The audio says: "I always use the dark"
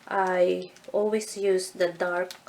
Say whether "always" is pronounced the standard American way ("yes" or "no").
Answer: no